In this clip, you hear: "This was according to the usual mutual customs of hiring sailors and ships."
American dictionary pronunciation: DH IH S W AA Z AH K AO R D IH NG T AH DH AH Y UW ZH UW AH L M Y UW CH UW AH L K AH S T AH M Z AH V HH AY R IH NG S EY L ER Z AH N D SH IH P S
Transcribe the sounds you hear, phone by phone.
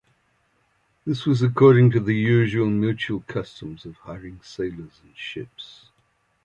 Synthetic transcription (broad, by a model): DH IH S W AA Z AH K AO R D IH NG T AH DH AH Y UW ZH UW AH L M Y UW CH UW AH L K AH S T AH M Z AH V HH AY R IH NG S EY L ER Z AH N SH IH P S